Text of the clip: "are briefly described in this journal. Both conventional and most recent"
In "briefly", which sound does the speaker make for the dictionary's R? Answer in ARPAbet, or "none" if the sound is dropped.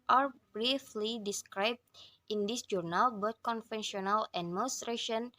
R